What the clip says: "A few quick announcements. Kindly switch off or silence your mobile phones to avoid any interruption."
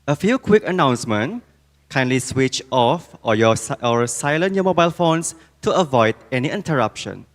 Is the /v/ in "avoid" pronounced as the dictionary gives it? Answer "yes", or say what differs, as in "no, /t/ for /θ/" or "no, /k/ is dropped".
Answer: yes